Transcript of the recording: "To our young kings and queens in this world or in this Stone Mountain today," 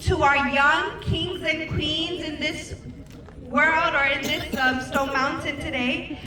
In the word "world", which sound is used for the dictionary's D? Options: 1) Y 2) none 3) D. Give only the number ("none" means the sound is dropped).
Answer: 3